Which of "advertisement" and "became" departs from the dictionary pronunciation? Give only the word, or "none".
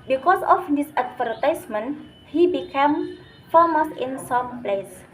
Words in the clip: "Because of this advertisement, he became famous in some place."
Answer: advertisement